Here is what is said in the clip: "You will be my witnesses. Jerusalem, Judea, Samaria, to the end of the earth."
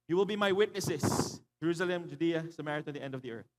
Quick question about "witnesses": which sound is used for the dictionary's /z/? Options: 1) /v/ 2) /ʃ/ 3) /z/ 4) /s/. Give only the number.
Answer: 4